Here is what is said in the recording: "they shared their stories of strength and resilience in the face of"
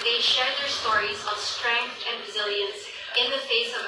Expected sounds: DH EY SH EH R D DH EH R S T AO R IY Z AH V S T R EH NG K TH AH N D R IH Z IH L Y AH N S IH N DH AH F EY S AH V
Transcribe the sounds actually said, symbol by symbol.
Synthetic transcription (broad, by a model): DH EY SH EH R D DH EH R S T AO R IY Z AH V S T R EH NG K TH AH N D R IH Z IH L Y AH N S IH N DH AH F EY S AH V